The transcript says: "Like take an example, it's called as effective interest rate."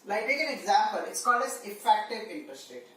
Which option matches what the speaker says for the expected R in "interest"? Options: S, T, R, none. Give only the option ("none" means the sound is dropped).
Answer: none